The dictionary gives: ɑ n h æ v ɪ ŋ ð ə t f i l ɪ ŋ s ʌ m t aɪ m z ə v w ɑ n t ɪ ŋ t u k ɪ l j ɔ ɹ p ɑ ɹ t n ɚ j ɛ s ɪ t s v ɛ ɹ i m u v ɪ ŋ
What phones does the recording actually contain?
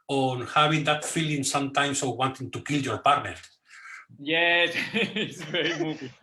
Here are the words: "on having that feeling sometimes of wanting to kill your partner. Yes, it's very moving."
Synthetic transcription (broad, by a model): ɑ n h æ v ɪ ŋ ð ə t f i l ɪ ŋ s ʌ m t aɪ m s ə w ɑ n t ɪ ŋ t u k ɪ l j ɔ ɹ p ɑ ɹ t n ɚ j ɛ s ɪ t s v ɛ ɹ i m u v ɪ